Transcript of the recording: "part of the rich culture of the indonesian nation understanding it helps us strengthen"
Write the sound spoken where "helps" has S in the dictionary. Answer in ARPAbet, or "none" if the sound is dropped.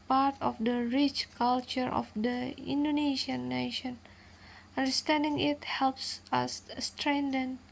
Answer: S